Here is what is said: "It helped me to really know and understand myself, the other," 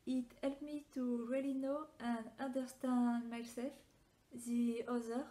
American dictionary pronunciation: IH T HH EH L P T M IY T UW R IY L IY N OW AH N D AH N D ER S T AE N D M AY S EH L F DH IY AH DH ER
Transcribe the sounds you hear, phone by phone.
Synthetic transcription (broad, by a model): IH T HH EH L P M IY T UW R IY L IY N OW AH N D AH N D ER S T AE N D M AY S EH L F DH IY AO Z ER